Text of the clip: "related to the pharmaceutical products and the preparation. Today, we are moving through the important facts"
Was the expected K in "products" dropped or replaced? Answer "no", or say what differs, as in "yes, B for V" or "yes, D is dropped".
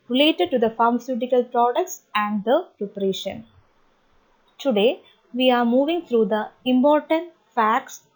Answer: no